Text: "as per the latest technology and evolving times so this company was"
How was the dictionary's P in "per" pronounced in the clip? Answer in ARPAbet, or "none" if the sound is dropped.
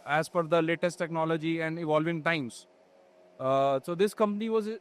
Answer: F